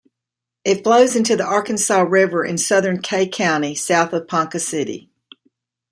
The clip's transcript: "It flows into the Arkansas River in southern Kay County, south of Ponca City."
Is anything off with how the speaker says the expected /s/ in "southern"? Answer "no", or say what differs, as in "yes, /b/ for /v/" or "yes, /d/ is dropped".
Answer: no